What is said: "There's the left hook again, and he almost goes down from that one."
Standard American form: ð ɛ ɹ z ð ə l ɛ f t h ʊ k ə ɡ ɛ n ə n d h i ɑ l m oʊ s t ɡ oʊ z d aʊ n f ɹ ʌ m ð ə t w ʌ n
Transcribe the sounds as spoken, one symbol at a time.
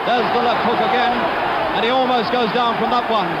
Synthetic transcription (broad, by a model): ð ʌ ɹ z ð ə l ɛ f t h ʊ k ə ɡ ɛ n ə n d i ɑ l m oʊ s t ɡ oʊ z d aʊ n f ɹ ʌ m ð ə t w ʌ n